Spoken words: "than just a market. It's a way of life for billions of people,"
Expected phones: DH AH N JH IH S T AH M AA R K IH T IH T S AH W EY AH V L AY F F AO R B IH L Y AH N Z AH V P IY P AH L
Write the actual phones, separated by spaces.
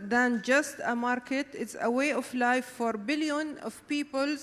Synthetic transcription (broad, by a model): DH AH N JH IH S T AH M AA R K IH T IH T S AH W EY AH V L AY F F AO R B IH L Y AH N AH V P IY P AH L